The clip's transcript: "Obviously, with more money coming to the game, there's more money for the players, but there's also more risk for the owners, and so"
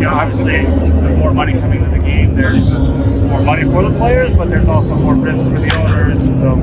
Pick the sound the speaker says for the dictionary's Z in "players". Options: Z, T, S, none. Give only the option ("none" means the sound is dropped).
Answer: Z